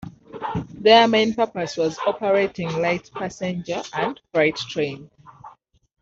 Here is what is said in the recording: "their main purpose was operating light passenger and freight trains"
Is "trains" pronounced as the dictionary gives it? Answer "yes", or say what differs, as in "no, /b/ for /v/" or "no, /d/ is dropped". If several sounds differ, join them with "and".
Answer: no, /z/ is dropped